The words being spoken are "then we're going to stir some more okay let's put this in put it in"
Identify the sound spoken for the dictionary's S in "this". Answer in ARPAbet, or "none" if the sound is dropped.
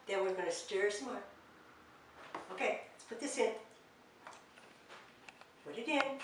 S